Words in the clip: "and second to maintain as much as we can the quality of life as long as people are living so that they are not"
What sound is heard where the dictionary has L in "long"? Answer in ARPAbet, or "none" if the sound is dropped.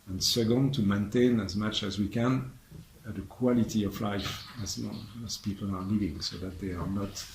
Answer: N